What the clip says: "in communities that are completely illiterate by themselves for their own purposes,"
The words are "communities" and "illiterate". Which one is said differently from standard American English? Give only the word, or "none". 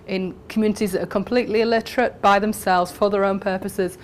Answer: none